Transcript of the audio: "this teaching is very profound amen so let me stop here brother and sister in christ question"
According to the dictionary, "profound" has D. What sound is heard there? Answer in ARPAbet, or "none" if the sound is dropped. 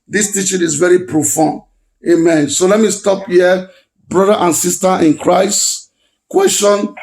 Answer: none